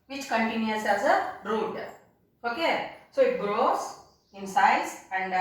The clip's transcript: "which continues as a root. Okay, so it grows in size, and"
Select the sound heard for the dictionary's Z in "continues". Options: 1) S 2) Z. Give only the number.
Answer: 1